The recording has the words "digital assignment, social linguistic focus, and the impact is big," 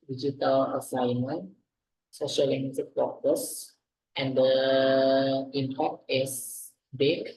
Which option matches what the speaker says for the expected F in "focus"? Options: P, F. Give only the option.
P